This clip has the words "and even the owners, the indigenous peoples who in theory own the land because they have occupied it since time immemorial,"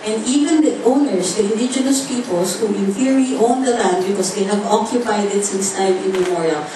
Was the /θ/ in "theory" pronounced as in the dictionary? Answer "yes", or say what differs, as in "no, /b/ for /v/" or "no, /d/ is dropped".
no, /f/ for /θ/